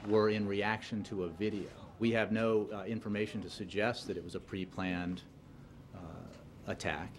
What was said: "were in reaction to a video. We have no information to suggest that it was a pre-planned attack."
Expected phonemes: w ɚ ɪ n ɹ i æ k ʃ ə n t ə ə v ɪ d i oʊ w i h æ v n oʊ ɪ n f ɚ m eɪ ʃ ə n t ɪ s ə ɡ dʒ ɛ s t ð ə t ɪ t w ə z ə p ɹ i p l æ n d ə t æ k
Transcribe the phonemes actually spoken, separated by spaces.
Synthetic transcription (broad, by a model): w ɚ ɪ n ɹ i æ k ʃ ə n t ə ə v ɪ d i oʊ w i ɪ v n oʊ ɪ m f ɚ m eɪ ʃ n t ɪ s ə ɡ dʒ ɛ s t ð ə t ɪ t w ə z ə p ɹ i p l æ n d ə t æ k